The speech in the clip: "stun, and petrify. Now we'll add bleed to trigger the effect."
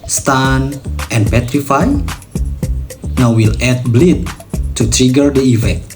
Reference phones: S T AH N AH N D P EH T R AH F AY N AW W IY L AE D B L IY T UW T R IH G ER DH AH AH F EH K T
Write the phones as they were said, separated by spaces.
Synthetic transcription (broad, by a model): S T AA N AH N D P EH T R AH F AY N AW W IY L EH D B L IY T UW T R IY G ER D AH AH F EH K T